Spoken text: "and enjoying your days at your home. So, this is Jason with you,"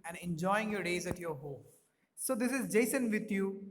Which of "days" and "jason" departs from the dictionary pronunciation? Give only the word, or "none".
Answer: none